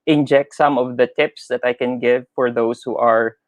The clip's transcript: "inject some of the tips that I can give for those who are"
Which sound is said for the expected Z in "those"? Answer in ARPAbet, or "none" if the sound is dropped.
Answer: S